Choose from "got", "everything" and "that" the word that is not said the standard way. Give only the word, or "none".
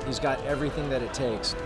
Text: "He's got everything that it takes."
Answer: none